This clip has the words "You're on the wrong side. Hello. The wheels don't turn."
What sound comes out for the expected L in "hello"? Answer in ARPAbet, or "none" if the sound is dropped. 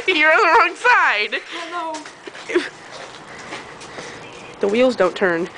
none